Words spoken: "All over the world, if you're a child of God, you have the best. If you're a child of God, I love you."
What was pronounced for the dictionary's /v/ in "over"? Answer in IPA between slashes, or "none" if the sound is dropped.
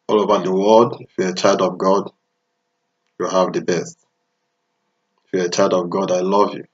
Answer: /b/